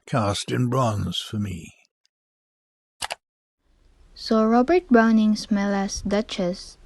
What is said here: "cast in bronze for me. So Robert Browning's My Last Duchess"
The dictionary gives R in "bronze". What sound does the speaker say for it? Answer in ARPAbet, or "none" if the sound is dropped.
R